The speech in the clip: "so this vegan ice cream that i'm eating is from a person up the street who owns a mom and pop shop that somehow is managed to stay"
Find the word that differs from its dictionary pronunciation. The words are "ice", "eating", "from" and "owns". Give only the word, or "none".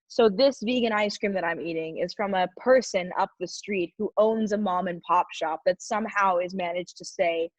none